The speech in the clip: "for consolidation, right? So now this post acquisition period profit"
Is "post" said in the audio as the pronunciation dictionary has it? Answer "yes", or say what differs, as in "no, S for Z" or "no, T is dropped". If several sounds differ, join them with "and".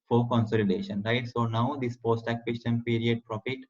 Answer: yes